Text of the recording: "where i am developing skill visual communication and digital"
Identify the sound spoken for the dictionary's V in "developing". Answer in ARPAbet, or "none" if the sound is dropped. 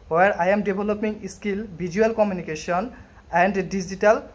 B